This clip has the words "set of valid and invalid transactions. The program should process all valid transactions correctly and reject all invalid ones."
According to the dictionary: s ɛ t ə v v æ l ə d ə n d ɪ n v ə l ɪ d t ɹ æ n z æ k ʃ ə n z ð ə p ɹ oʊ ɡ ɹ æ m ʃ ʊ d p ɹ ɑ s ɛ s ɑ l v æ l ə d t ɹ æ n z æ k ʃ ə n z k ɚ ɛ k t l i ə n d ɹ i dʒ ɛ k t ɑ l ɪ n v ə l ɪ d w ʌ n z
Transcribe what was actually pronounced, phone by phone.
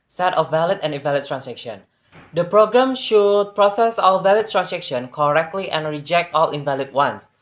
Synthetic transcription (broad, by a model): s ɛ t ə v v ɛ l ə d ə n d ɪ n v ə l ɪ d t ɹ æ n s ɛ k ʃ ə n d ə p ɹ oʊ ɡ ɹ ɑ m ʃ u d p ɹ ɑ s ɛ s ɑ l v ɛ l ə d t ɹ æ n s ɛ k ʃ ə n k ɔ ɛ k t l i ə n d ɹ i dʒ ɛ k t ɑ l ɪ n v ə l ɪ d w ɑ n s